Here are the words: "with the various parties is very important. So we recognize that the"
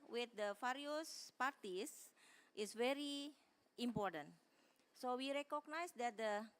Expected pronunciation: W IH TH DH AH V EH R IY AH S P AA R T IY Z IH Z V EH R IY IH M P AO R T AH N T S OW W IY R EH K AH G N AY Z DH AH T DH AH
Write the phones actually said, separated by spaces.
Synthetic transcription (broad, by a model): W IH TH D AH F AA R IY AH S P AA R T IY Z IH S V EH R IY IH M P AO R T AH N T S OW W IY R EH K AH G N AY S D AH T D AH